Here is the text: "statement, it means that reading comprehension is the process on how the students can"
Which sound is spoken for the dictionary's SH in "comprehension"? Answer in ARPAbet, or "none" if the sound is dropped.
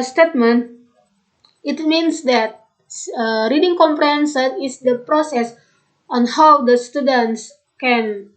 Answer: S